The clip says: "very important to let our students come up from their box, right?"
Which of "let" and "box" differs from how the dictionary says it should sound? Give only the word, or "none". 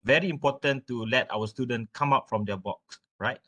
none